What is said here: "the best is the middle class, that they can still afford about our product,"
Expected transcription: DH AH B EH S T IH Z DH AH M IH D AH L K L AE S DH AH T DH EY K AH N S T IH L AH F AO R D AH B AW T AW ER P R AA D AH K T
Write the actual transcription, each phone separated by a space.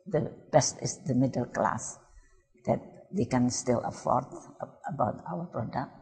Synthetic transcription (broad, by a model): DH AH B EH S T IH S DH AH M IH D AH L K L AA S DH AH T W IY K AH N S T IH L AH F AO R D AH B AW T AW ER P R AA D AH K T